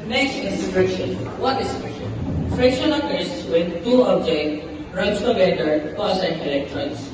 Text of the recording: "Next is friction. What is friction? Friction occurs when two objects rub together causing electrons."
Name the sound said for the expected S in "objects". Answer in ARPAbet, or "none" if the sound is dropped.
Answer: none